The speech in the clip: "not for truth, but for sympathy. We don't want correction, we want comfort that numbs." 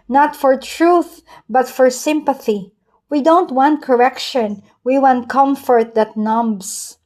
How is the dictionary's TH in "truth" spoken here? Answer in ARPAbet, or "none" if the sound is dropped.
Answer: TH